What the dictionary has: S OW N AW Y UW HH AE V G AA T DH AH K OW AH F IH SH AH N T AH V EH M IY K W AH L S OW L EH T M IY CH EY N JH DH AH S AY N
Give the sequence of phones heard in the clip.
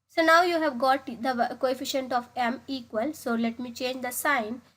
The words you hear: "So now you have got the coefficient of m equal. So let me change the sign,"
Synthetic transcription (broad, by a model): S OW N AW Y UW HH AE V G AA T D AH K OW AH F IH SH AH N T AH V EH M IY K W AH L S OW L EH T M IY CH EY N JH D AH S AY N